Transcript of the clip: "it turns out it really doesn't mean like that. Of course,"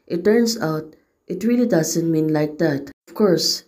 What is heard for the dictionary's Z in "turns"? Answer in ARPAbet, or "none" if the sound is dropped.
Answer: S